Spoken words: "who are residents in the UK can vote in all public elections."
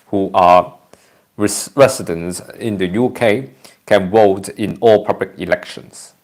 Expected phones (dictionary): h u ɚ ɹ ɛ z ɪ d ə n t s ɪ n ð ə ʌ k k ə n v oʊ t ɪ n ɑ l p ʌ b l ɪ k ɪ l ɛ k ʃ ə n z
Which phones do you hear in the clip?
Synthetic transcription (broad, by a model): h u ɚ ɹ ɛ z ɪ d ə n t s ɪ n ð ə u k k ə n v oʊ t ɪ n ɑ l p ʌ b l ɪ k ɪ l ɛ k ʃ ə n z